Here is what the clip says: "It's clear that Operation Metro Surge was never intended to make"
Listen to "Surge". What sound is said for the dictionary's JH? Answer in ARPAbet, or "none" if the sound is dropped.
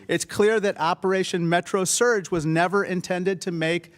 JH